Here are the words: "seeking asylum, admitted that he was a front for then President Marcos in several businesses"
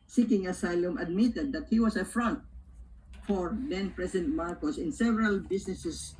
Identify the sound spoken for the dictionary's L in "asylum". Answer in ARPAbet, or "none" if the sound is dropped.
L